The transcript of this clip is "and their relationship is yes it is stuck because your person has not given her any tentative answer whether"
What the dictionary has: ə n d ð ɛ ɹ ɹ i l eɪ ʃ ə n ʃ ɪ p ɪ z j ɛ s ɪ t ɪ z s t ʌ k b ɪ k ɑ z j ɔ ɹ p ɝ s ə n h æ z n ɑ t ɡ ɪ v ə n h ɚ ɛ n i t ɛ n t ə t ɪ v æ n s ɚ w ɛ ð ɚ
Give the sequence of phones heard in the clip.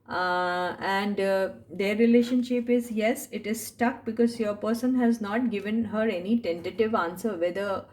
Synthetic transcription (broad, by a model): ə n d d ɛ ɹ ɹ i l eɪ ʃ ə n ʃ ɪ p ɪ z j ɛ s ɪ t ɪ z s t ʌ k b ɪ k ɑ z j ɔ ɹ p ɝ s ə n h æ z n ɑ t ɡ ɪ v ə n h ɚ ɛ n i t ɛ n t ə t ɪ v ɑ n s ɚ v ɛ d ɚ